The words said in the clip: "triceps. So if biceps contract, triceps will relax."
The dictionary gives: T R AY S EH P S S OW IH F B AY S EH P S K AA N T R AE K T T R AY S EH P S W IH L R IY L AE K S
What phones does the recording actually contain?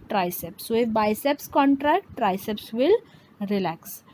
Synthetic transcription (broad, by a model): T R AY S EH P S S OW IH F B AY S EH P S K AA N T R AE K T T R AY S EH P S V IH L R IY L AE K S